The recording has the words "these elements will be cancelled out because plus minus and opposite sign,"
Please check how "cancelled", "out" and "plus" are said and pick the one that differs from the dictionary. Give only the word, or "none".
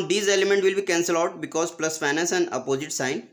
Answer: cancelled